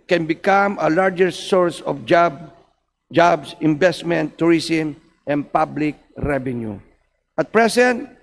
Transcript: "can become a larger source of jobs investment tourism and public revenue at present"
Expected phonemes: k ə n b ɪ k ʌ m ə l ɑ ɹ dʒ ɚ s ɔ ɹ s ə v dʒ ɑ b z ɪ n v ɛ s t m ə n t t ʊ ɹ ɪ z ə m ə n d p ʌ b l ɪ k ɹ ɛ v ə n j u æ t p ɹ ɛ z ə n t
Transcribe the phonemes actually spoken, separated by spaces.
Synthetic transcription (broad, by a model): k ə n b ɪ k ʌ m ə l ɑ ɹ dʒ ɚ s ɔ ɹ s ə b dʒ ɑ b s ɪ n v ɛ s t m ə n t t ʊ ɹ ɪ s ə m ə n d p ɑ b l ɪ k ɹ ɛ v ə n j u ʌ t p ɹ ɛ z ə n t